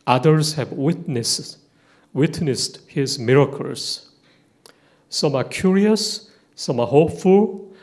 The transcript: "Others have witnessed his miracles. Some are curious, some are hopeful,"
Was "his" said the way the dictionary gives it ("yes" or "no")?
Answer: yes